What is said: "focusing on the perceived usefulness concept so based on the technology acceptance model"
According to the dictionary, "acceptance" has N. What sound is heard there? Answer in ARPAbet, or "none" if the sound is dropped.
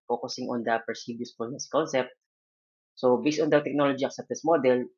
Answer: none